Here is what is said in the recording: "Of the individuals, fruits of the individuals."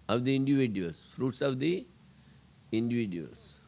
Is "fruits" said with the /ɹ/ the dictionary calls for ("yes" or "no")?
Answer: yes